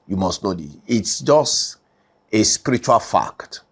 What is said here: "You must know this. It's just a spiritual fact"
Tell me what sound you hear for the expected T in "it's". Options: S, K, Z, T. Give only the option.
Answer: T